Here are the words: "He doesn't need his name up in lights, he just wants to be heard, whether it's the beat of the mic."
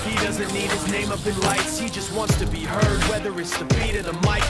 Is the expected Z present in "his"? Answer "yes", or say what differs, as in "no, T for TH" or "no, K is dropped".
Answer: yes